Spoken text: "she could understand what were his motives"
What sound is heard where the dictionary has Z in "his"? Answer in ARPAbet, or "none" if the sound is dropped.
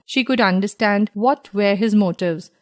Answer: Z